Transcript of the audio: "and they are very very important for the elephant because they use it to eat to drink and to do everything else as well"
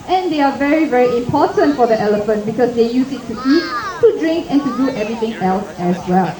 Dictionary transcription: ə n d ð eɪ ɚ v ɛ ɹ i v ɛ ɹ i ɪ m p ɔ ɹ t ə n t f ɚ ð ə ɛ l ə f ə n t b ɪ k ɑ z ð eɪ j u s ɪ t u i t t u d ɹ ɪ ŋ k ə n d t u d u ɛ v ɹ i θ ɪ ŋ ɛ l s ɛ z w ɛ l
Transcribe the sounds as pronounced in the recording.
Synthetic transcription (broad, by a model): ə n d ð eɪ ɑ v ɛ ɹ i v ɛ ɹ i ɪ m p ɔ t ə n t f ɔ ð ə ɛ l ə f ə n t b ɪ k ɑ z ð eɪ j u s ɪ t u i t t u d ɹ ɪ ŋ k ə n t u d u ɛ v ɹ i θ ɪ ŋ ɛ l s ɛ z w ɛ l